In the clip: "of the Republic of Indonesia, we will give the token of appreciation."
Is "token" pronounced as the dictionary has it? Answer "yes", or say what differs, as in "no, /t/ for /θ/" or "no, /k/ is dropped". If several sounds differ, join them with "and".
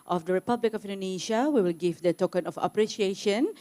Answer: yes